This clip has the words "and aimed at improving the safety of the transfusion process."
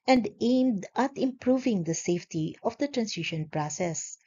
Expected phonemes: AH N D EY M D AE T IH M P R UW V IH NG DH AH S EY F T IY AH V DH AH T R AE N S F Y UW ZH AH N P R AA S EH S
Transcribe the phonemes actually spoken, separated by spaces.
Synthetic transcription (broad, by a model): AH N D EY M D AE T IH M P R UW V IH NG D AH S EY F T IY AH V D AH T R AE N S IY SH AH N P R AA S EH S